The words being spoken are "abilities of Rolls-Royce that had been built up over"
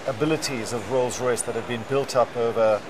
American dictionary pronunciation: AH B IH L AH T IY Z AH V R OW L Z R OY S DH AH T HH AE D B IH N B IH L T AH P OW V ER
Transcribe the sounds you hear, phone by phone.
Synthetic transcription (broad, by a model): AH B IH L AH T IY Z AH V R OW L Z R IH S DH AH T HH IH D B IH N B IH L T AH P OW V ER